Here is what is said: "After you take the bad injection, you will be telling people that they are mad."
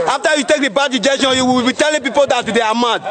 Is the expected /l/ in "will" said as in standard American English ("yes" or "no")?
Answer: no